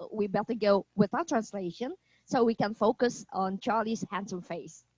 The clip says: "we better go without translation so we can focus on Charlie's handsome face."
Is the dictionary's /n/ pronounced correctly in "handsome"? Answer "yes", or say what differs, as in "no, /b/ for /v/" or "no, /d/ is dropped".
yes